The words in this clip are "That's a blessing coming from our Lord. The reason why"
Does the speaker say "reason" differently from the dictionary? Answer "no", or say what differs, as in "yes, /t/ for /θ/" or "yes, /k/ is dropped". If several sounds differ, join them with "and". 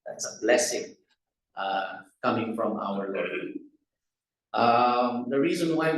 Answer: no